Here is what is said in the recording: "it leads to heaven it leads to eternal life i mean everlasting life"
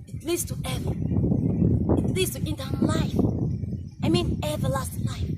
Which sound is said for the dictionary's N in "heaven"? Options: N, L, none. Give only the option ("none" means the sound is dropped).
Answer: none